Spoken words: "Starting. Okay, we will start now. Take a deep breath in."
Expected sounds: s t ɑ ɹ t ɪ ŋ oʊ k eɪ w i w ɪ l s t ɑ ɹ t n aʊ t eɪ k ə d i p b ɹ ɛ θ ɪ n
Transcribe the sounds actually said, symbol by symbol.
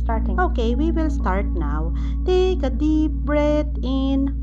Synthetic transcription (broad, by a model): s t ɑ ɹ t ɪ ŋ oʊ k eɪ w i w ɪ l s t ɑ ɹ t n aʊ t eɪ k ə d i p b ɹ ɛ t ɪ n